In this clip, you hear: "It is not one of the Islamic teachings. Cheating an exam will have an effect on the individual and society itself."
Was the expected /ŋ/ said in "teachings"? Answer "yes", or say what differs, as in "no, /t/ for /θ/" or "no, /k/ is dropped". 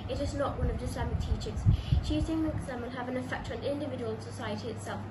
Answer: no, /ŋ/ is dropped